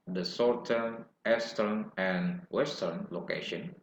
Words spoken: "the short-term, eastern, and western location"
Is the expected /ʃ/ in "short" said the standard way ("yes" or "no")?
no